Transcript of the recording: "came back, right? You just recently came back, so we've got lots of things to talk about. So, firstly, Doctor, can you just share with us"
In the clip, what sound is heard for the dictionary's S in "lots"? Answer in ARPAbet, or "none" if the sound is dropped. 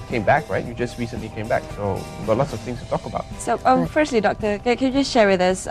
S